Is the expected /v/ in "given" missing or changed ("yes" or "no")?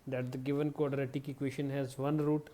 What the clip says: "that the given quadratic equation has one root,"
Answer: no